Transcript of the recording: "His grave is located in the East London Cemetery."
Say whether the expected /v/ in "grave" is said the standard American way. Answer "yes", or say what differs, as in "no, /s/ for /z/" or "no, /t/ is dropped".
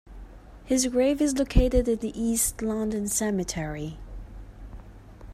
yes